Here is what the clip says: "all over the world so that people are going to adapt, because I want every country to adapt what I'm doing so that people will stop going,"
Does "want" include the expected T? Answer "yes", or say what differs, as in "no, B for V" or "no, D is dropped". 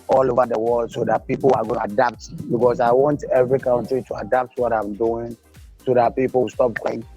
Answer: yes